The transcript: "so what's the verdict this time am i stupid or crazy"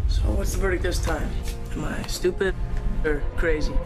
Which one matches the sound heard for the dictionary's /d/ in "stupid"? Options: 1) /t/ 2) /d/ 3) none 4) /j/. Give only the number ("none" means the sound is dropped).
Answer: 3